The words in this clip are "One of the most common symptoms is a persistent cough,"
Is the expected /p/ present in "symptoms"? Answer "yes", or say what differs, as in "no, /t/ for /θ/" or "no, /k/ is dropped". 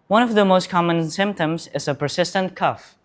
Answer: yes